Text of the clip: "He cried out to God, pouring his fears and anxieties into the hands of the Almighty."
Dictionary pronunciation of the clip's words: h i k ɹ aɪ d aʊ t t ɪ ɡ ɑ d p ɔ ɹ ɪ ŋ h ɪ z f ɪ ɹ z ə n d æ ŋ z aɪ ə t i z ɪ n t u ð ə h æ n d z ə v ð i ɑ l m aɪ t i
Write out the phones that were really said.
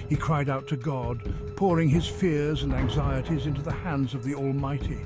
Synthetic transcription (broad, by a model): h i k ɹ aɪ d aʊ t t ɪ ɡ ɑ d p ɔ ɹ ɪ ŋ ɪ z f ɪ ɹ z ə n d æ ŋ z aɪ ə t i z ɪ n t u ð ə h æ n d z ə v ð i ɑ l m aɪ t i